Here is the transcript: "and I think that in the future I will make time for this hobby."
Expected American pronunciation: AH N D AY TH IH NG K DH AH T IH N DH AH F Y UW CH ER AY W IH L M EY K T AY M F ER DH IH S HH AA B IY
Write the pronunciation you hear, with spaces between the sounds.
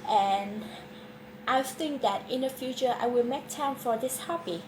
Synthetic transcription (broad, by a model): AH N AY TH IH NG K DH AH T IH N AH F Y UW CH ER AY W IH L M EY K T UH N F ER DH IH S HH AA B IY